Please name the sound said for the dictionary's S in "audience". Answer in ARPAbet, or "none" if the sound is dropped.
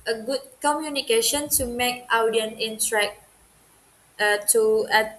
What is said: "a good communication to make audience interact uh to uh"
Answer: none